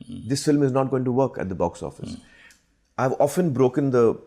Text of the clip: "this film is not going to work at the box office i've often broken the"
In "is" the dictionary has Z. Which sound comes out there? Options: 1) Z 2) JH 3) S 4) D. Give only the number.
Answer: 1